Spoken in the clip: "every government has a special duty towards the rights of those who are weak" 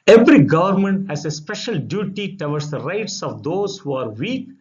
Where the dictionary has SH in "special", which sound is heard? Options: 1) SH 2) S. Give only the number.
1